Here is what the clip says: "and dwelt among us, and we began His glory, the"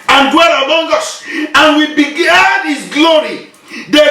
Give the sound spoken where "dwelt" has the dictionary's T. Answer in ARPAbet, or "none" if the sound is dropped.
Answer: none